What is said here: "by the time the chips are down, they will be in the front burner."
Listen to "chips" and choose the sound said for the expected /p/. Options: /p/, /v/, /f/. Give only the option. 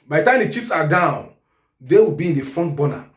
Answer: /f/